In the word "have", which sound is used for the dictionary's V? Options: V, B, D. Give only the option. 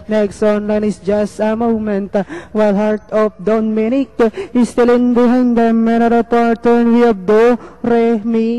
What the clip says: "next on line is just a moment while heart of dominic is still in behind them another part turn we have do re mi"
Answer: B